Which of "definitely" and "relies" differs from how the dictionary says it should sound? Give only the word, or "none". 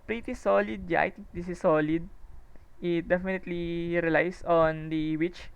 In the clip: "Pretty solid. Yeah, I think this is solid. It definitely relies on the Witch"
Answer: relies